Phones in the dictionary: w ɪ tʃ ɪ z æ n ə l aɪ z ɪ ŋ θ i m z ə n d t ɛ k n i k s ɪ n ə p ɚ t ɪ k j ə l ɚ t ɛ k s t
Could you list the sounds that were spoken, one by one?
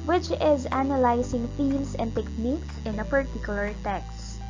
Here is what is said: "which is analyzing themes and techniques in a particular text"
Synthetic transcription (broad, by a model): w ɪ tʃ ɪ z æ n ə l aɪ s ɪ ŋ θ i m s ə n d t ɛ k n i k s ɪ n ə p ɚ t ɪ k j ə l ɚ t ɛ k s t